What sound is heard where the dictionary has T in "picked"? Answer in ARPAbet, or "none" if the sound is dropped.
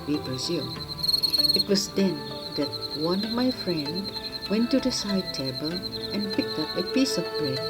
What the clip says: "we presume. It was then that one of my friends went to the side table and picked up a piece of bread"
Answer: T